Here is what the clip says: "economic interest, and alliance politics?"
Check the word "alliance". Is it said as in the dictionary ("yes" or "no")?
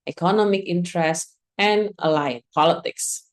no